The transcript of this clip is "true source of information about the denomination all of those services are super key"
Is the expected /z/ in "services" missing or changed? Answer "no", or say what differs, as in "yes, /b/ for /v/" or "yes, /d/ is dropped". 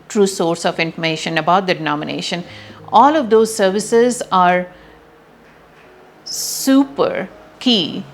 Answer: no